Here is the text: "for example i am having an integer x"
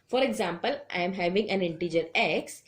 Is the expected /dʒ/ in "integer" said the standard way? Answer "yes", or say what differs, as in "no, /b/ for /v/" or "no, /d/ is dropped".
yes